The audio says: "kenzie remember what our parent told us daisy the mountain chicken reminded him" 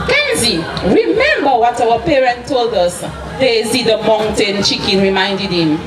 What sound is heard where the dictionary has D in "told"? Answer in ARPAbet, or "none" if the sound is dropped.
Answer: D